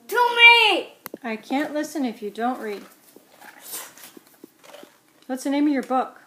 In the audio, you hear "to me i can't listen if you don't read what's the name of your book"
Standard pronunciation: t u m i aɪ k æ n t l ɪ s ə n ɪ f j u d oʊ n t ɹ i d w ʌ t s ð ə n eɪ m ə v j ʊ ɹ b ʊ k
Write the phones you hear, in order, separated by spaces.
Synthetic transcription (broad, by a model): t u m i aɪ k æ n t l ɪ s ə n ɪ f j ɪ d oʊ n t ɹ i d w ʌ t s ð ə n eɪ m ə v j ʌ ɹ b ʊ k